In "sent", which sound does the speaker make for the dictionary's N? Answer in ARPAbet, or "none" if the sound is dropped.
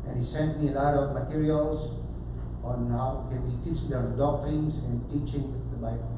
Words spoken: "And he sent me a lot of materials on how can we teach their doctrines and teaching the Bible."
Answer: N